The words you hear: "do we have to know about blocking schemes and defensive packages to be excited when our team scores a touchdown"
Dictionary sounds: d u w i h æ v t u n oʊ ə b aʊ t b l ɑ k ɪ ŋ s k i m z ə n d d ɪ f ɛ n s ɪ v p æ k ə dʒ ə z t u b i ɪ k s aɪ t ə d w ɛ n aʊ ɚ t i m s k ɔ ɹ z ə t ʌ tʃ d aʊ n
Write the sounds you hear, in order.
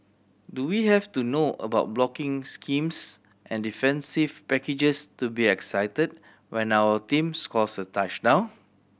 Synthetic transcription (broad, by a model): d u w i h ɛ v t u n oʊ ə b aʊ t b l ɑ k ɪ ŋ s k i m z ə n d d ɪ f ɛ n s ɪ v p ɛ k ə dʒ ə s t u b i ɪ k s aɪ t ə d w ɛ n aʊ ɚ t i m s k ɔ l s ə t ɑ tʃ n aʊ